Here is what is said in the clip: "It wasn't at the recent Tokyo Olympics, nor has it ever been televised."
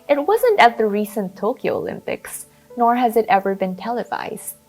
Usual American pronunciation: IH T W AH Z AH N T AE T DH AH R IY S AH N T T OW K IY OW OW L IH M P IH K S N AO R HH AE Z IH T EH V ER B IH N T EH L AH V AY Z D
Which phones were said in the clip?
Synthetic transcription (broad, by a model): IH T W AH Z AH N T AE T DH AH R IY S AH N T T OW K IY OW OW L IH M P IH K S N AO R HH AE Z IH T EH V ER B IH N T EH L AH V AY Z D